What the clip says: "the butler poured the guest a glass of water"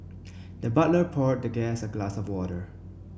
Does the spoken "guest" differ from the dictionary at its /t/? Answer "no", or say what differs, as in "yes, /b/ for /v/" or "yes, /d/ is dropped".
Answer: yes, /t/ is dropped